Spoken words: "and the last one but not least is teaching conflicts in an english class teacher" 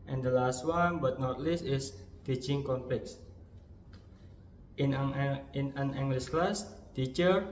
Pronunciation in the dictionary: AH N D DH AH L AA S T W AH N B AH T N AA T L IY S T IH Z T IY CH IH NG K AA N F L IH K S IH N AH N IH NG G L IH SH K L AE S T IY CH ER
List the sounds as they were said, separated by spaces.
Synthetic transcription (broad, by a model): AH N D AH L AA S T W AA N B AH T N AA T L IY S T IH S T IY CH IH NG K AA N P L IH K S IH N AH N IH NG G L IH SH K L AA S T IY CH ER